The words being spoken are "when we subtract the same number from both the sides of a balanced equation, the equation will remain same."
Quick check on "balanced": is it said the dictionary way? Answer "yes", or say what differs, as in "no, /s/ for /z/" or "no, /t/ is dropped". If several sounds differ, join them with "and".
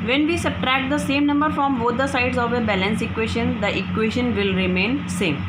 no, /t/ is dropped